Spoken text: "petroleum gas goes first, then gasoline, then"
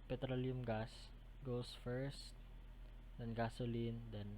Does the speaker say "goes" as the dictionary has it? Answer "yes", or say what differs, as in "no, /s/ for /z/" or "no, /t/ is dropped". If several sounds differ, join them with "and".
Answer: no, /s/ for /z/